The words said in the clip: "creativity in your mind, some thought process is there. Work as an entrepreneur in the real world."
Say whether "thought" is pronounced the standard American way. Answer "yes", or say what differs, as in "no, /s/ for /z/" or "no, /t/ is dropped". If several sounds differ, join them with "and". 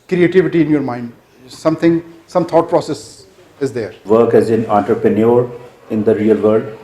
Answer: no, /t/ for /θ/